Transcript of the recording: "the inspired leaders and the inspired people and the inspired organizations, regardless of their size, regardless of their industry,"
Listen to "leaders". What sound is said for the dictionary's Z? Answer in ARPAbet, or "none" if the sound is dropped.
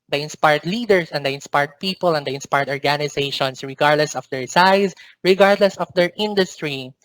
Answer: S